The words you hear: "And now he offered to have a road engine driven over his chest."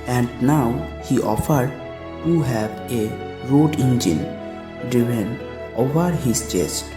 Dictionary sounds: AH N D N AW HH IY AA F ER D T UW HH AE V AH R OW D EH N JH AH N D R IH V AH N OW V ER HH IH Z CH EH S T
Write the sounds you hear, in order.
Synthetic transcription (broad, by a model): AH N D N AW HH IY AA F ER D T UW HH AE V AH R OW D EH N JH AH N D IH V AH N OW V ER HH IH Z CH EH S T